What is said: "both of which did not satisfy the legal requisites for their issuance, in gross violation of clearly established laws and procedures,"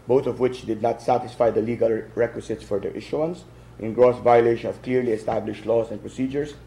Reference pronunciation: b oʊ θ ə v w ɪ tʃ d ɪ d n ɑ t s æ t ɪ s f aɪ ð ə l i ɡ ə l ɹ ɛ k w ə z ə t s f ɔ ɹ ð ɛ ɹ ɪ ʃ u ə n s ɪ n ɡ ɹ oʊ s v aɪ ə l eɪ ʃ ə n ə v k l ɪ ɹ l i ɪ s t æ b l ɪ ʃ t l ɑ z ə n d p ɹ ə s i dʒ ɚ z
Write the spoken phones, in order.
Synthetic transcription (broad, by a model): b oʊ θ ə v w ɪ tʃ d ɪ d n ɑ t s æ t ɪ s f aɪ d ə l i ɡ ə l ɹ ɛ k w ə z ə t s f ɔ ɹ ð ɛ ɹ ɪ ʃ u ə n s ɪ n ɡ ɹ oʊ s v aɪ ə l eɪ ʃ ə n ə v k l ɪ ɹ l i ɪ s t æ b l ɪ ʃ t l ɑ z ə n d p ɹ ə s i dʒ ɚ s